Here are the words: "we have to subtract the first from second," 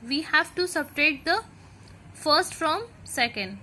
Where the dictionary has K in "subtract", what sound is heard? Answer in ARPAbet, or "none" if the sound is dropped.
none